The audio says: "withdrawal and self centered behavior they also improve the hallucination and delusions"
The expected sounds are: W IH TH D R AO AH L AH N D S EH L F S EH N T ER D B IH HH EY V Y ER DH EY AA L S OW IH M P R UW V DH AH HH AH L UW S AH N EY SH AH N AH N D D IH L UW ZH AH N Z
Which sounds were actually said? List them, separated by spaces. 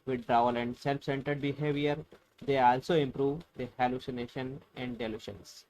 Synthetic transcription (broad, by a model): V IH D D R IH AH L AH N D S EH L F S EH N T ER D B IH HH EY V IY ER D EY AA L S OW IH M P R UW V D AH HH AH L UW S AH N EY SH AH N AH N D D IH L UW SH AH N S